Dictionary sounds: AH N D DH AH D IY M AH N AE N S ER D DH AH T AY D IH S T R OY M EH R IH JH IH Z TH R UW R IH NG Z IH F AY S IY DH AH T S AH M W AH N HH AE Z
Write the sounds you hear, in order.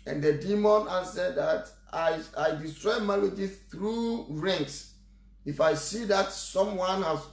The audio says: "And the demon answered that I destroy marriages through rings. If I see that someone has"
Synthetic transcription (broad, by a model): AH N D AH D IY M AH N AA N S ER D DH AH T AY D IH S T R OY M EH L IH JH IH TH R UW R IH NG S IH F AY S IY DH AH T S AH M W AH N HH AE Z